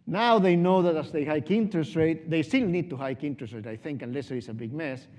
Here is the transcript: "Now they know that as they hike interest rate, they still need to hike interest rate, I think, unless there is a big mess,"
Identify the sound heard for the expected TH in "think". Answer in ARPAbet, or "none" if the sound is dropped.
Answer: TH